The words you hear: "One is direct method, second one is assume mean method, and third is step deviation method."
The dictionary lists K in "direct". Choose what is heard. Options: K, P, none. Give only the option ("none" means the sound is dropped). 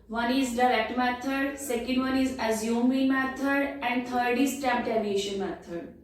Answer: K